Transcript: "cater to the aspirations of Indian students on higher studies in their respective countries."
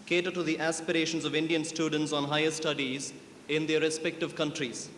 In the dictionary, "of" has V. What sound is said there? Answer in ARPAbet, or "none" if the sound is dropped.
V